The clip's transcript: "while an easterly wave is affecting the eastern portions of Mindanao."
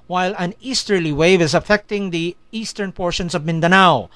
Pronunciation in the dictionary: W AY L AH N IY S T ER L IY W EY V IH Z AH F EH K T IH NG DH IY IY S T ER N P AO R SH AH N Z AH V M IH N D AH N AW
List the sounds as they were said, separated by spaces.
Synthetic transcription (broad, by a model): W AY L AH N IY S T ER L IY W EY V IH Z AH F EH K T IH NG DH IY IY S T ER N P AO R SH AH N S AH V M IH N D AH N AW